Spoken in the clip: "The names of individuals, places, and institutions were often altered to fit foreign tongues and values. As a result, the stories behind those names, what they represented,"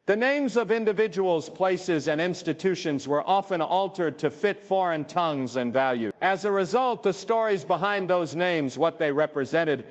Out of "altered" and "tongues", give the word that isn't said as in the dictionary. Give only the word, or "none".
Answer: none